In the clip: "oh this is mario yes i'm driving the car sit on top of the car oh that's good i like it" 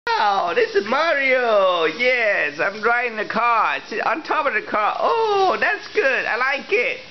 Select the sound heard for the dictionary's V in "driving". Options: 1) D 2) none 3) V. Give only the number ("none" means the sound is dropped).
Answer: 2